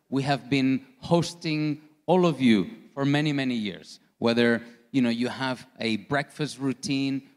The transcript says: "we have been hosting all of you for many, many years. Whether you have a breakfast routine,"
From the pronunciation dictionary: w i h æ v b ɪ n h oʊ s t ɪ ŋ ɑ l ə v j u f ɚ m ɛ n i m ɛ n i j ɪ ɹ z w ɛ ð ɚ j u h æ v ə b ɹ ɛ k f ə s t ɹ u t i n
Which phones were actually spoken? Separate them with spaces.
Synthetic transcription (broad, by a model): w i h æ v b ɪ n h oʊ s t ɪ ŋ ɑ l ə v j u f ɚ m ɛ n i m ɛ n i j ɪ ɹ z w ɛ ð ɚ j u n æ v ə b ɹ ɛ k f ə s t ɹ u t i n